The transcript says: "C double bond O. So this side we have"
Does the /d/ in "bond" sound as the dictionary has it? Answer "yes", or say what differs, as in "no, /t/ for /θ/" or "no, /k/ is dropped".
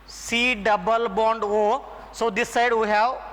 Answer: yes